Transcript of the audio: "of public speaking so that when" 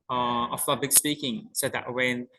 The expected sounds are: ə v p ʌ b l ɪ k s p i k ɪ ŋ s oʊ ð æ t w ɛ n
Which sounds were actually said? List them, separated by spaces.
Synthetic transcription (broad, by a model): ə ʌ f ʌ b ɪ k s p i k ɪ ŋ s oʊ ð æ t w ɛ n